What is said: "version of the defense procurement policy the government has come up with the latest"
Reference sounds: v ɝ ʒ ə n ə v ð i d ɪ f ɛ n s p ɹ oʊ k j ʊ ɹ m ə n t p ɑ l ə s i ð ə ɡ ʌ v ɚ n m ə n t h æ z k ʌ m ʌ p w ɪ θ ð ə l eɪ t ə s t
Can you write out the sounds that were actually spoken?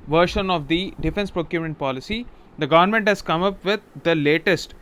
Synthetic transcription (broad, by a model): v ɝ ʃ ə n ə v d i d ɪ f ɛ n s p ɹ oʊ k j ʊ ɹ ə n p ɑ l ə s i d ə ɡ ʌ v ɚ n m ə n t h æ z k ʌ m ʌ p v ɪ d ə l eɪ t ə s t